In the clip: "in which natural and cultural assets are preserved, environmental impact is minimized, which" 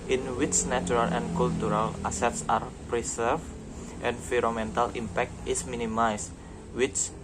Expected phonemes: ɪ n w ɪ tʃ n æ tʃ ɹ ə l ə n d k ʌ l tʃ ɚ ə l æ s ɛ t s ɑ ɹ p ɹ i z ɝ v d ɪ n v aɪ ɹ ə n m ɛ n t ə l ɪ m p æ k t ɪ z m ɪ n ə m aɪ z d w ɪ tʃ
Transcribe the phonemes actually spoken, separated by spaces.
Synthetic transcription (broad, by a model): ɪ n w ɪ tʃ n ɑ tʃ ɹ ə l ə n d k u l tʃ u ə l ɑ s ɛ t s ɑ ɹ p ɹ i s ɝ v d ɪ n f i ɹ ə m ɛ n t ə l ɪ m p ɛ k t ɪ s m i n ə m aɪ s w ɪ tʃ